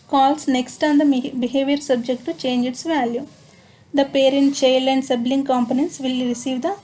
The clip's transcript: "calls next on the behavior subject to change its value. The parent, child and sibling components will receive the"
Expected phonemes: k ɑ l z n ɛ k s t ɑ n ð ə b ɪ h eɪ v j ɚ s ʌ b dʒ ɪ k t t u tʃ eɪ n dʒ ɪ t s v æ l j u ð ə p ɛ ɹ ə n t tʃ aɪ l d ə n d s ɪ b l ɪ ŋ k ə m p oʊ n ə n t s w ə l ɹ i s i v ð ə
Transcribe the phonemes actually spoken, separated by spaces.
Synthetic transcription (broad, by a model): k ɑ l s n ɛ k s t ɑ n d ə b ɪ h eɪ v j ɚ s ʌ b dʒ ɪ k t t u tʃ eɪ n dʒ ɪ t s v æ l j u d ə p ɛ ɹ ə n t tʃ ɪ l ə n d s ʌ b l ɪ ŋ k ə m p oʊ n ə n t s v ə l ɹ i s i v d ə